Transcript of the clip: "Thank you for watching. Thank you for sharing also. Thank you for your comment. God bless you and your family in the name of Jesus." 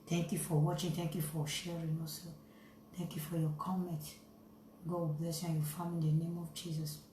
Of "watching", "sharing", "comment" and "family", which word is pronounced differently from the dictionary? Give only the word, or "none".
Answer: family